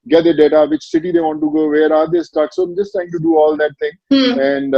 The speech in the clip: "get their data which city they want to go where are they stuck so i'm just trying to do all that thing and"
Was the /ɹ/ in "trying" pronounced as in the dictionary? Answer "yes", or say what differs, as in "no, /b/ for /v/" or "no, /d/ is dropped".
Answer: no, /ɹ/ is dropped